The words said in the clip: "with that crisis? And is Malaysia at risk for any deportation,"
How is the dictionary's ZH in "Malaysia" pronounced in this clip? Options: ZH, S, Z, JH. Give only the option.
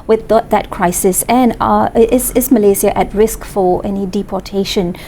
Z